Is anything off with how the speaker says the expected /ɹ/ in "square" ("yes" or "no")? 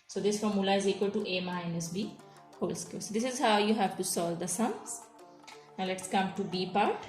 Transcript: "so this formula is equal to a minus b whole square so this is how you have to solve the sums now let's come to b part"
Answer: yes